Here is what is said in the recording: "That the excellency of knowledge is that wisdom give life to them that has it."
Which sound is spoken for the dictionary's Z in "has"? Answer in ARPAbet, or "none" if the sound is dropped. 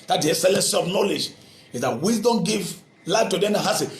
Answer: S